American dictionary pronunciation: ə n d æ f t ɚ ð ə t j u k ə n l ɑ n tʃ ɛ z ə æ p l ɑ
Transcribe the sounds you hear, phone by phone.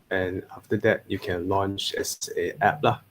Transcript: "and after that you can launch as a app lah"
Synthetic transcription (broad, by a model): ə n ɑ f t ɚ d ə t j u k ə n l ɑ n tʃ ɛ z ə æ p l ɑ